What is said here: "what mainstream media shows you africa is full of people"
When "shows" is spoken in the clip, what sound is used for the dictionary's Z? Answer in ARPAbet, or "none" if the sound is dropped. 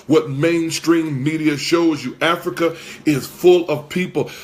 Z